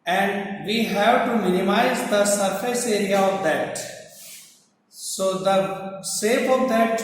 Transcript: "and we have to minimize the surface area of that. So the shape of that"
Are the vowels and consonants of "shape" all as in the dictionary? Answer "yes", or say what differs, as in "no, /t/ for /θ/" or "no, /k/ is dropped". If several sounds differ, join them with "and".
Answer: no, /s/ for /ʃ/